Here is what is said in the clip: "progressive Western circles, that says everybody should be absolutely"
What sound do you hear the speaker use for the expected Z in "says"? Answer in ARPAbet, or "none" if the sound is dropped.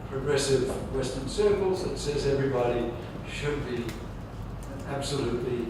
Z